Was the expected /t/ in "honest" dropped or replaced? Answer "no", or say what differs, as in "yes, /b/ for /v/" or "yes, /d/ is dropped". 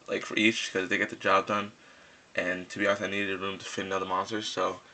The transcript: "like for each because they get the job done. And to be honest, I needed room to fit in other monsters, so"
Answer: yes, /t/ is dropped